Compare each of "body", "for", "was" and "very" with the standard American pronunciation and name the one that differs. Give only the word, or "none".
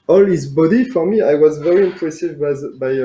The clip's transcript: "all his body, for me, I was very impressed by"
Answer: none